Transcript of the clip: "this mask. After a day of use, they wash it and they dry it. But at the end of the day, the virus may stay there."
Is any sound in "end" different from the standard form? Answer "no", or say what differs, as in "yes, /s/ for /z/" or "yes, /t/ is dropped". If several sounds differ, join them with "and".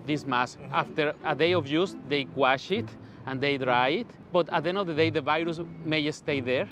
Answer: yes, /d/ is dropped